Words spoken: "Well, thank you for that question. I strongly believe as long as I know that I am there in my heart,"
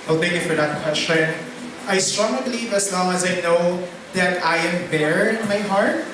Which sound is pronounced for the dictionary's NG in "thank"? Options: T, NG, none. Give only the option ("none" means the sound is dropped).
NG